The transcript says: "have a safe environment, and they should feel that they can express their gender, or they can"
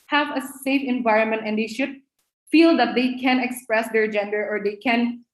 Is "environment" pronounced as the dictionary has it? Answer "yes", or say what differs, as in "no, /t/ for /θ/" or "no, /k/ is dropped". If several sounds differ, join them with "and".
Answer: yes